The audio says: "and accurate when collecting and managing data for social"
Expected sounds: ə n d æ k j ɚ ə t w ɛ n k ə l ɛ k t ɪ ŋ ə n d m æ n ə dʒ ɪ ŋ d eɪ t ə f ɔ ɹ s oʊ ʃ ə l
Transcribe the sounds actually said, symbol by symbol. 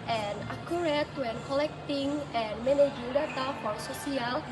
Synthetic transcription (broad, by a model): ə n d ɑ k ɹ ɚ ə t w ɛ n k ə l ɛ k t ɪ ŋ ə n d m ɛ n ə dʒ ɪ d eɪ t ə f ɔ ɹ s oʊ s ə l